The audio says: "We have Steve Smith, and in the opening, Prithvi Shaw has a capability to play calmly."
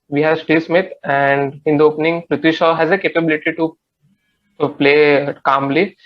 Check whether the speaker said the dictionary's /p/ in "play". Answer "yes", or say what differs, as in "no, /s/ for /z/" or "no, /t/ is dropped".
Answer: yes